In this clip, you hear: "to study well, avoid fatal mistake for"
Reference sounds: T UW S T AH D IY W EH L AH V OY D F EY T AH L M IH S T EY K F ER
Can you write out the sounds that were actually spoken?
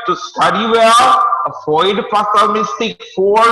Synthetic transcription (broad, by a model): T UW S T AH D IY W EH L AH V OY D P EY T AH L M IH S T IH K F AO